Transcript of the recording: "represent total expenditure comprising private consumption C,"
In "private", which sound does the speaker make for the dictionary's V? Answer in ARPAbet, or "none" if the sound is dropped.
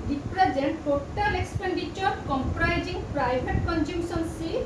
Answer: B